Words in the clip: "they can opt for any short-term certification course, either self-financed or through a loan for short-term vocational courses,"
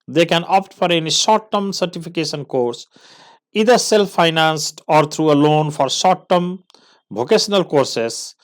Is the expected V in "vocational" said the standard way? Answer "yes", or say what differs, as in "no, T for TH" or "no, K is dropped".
no, B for V